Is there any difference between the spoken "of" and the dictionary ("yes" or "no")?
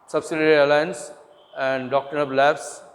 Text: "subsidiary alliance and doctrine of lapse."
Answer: yes